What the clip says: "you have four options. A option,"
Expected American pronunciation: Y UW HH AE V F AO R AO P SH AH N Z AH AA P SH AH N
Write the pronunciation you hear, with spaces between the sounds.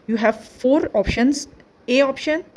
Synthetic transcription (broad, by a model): Y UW HH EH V F AO R AO P SH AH N S AH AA P SH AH N